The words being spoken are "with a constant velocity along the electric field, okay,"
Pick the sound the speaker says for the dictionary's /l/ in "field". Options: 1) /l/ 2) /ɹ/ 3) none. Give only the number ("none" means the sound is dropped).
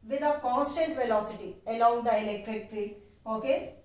3